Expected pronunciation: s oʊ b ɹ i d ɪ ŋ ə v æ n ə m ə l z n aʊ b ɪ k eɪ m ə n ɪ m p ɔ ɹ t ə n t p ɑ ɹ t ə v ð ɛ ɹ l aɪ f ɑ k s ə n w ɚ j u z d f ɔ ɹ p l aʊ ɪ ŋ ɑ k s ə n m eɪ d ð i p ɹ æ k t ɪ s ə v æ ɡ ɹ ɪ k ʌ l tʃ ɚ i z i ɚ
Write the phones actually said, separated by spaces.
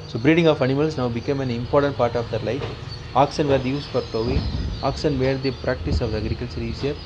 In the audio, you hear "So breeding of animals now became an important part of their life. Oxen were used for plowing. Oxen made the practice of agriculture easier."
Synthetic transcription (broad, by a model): s oʊ b ɹ i d ɪ ŋ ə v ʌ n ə m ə l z n aʊ b ɪ k eɪ m ə n ɪ m p ɔ ɹ t ə n t p ɑ ɹ t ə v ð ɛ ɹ l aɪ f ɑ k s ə n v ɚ j u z f ɔ ɹ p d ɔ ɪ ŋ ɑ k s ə n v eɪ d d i p ɹ æ k t ɪ s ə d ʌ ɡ ɹ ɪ k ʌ l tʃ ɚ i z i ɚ